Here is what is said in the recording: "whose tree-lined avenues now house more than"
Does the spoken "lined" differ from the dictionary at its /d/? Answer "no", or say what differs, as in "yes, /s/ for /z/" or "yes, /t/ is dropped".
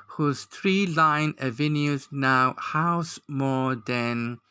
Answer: yes, /d/ is dropped